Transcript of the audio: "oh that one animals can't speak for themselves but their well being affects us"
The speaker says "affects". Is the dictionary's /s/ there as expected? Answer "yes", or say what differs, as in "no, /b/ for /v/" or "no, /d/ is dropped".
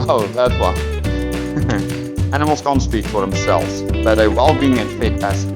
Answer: no, /s/ is dropped